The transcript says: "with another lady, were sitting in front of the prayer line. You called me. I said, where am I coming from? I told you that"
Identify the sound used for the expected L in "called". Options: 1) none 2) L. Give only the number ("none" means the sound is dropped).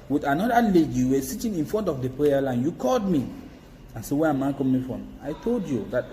2